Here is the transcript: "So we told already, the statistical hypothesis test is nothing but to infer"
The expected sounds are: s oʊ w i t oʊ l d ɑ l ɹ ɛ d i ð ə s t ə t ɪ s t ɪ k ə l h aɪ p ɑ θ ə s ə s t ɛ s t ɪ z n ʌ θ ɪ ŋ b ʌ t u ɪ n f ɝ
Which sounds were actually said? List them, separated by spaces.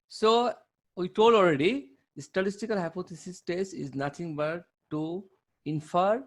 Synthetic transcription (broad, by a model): s oʊ w i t oʊ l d ɑ l ɹ ɛ d i s t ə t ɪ s t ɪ k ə l h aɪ p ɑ t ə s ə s t ɛ s t ɪ z n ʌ t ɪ ŋ b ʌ t u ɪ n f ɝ